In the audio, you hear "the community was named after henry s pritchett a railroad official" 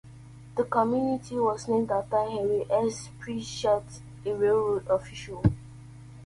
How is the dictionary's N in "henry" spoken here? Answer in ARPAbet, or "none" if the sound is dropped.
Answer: none